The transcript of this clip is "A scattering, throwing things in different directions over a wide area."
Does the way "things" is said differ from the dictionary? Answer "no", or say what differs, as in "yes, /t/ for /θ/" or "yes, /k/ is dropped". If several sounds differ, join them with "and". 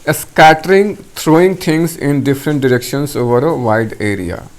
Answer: yes, /t/ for /θ/